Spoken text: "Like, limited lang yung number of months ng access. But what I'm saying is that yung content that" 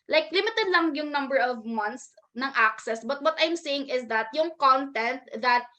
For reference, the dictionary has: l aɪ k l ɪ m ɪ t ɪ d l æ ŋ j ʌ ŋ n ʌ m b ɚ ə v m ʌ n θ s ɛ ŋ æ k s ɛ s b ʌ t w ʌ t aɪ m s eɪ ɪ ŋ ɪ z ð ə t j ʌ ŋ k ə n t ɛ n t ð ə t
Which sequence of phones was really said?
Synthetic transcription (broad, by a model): l aɪ k l ɪ m ɪ t ɪ d l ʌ ŋ j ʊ ŋ n ʌ m b ɚ ə v m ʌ n t s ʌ ŋ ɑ k s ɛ s b ʌ t w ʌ t aɪ m s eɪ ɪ ŋ ɪ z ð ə t j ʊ ŋ k ə n t ɛ n t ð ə t